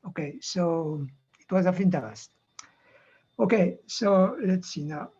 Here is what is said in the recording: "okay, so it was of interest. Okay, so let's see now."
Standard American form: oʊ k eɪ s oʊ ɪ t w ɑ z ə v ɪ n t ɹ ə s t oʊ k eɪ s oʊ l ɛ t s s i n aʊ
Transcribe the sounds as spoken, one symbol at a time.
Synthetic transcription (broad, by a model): oʊ k eɪ s oʊ ɪ t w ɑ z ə f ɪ n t ə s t oʊ k eɪ s oʊ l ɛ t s s i n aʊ